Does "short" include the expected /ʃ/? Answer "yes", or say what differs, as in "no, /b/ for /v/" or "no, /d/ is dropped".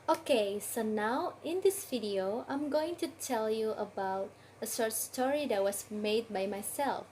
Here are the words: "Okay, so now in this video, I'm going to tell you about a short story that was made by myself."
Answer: no, /s/ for /ʃ/